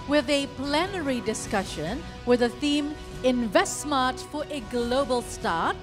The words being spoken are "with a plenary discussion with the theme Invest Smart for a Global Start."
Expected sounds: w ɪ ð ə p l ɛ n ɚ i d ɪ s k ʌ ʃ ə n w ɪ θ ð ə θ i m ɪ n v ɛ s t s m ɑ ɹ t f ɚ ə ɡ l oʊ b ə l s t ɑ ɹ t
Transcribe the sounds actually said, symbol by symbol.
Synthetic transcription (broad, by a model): w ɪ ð ə p l ɛ n ɚ i d ɪ s k ʌ ʃ ə n w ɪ ð ə θ i m ɪ n v ɛ s t s m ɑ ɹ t f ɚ ə ɡ l oʊ b ə l s t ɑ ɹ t